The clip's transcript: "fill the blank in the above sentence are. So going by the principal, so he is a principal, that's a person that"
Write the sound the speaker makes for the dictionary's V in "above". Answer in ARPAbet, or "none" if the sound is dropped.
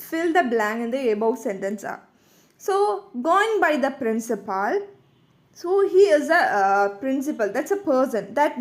W